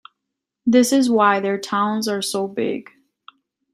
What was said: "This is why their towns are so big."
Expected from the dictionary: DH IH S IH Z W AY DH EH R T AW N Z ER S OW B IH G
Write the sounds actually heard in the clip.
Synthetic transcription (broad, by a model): DH IH S IH Z W AY DH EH R T AW N Z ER S OW B IH G